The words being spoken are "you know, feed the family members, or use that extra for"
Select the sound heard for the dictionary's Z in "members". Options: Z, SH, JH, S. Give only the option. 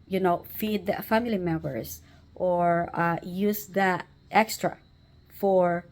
S